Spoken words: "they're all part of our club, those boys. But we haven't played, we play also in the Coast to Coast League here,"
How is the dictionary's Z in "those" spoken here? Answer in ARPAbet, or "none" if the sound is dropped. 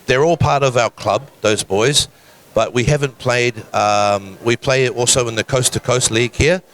Z